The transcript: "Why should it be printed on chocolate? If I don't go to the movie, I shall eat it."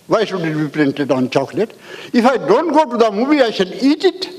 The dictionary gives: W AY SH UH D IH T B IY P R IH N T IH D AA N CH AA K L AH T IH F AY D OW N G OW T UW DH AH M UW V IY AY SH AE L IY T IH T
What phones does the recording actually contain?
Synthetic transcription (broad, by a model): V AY S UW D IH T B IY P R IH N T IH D AA N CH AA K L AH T IH F AY D OW N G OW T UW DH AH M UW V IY AY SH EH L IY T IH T